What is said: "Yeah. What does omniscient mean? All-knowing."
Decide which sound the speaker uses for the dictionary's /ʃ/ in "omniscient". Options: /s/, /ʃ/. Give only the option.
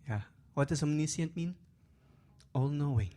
/s/